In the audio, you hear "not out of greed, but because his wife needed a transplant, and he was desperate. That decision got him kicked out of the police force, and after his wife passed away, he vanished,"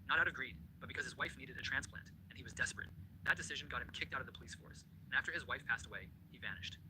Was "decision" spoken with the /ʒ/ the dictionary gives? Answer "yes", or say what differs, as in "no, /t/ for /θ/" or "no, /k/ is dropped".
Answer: yes